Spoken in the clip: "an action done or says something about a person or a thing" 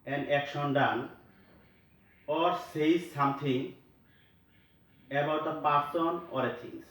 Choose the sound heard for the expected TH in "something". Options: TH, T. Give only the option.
T